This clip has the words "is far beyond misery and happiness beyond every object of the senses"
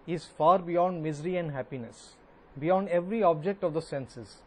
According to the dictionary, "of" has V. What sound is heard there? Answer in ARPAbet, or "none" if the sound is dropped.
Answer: V